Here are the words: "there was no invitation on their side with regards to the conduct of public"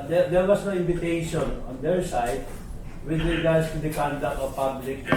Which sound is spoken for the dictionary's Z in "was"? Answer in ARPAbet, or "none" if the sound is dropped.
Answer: S